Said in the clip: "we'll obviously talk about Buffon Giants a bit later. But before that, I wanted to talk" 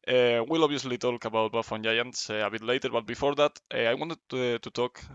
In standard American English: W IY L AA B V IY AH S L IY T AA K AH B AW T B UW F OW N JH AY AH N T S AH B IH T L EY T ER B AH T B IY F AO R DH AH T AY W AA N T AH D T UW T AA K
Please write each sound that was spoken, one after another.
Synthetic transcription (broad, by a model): W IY L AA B IY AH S L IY T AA K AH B AW T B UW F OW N JH AY AH N T S AH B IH T L EY T ER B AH T B IY F AO R DH AH T AY W AA N T AH D T UW T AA K